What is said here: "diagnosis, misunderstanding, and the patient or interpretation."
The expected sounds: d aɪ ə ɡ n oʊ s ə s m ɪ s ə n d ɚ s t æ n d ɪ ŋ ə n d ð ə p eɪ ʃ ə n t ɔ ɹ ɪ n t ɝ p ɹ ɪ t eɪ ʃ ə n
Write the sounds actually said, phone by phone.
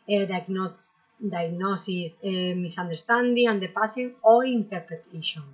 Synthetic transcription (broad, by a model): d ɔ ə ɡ n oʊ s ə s m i s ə n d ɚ s t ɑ n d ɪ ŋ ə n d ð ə p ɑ s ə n ɔ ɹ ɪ n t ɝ p ɹ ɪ t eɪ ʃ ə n